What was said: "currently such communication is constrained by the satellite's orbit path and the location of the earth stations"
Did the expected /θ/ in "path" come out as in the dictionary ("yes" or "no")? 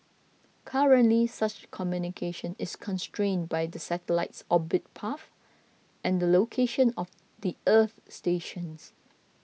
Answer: no